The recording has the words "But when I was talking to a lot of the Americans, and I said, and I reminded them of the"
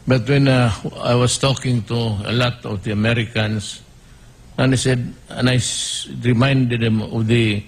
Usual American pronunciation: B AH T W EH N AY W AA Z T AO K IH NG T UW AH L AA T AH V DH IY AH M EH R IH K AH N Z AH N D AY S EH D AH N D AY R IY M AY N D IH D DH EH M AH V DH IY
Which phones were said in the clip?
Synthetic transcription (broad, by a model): B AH T W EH N AY W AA S T AO K IH NG T UW AH L AA T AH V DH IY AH M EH R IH K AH N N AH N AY S EH D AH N AY R IY M AY N D IH D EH M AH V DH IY